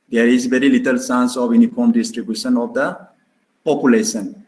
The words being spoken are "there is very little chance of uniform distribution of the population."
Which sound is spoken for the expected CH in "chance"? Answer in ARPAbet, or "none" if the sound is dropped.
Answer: S